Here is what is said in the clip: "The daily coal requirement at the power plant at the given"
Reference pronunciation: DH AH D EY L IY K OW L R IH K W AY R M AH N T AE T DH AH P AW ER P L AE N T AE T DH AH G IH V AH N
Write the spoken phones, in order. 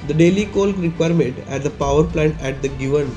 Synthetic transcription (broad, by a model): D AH D EY L IY K OW L R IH K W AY R M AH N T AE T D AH P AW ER P L AE N T AE T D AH G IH V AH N